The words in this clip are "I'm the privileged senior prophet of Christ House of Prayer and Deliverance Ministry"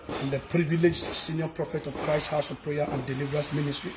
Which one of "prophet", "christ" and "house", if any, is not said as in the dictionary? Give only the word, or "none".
none